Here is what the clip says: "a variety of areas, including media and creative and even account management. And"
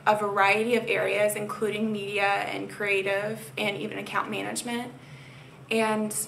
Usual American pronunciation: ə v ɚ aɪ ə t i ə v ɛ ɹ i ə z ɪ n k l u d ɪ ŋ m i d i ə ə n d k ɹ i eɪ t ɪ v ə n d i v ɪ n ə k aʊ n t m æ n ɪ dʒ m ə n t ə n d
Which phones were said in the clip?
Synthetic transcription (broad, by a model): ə v ɚ aɪ ə t i ə v ɛ ɹ i ə z ɪ n k l u d ɪ ŋ m i d i ə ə n k ɹ i eɪ t ɪ v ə n i v ɪ n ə k aʊ n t m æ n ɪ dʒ m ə n t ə n